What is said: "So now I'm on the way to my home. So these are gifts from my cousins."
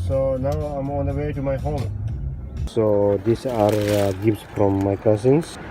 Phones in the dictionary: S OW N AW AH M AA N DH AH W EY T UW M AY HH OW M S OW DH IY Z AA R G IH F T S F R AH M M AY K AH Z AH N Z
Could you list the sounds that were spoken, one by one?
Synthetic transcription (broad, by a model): S OW N AW AH M AA N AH W EY T UW M AY HH OW M S OW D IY S AA R G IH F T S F R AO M M AY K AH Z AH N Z